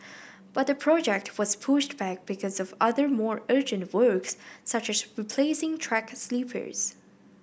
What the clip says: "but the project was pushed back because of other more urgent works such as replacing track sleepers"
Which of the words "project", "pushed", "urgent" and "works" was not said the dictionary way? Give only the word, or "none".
none